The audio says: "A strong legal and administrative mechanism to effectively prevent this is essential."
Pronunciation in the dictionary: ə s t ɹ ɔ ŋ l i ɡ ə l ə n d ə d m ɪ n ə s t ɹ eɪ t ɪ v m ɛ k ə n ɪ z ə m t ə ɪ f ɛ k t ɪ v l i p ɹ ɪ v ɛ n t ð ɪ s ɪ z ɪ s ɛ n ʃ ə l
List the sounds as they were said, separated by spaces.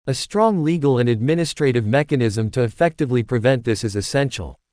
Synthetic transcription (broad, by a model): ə s t ɹ ɔ ŋ l i ɡ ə l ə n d ə d m ɪ n ə s t ɹ eɪ t ɪ v m ɛ k ə n ɪ z ə m t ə ɪ f ɛ k t ɪ v l i p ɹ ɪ v ɛ n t ð ɪ s ɪ z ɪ s ɛ n ʃ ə l